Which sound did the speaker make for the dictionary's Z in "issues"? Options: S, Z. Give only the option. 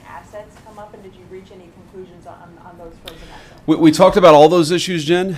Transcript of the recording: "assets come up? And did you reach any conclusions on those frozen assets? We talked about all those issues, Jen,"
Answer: Z